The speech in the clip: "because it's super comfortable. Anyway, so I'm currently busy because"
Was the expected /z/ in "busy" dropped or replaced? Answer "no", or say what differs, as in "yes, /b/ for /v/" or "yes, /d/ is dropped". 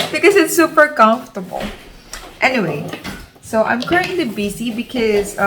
yes, /s/ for /z/